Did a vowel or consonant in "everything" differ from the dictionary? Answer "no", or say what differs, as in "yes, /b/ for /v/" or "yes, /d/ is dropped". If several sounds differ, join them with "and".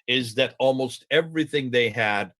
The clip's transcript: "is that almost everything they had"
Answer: no